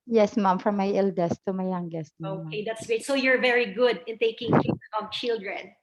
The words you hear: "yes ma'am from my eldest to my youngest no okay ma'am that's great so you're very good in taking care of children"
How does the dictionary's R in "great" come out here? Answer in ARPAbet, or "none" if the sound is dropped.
none